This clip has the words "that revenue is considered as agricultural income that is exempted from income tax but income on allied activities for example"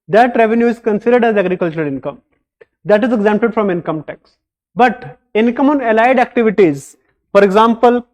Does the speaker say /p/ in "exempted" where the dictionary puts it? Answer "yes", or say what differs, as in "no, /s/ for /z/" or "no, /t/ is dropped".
yes